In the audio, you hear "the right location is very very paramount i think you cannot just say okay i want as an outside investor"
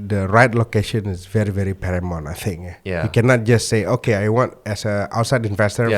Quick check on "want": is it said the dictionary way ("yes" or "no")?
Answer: yes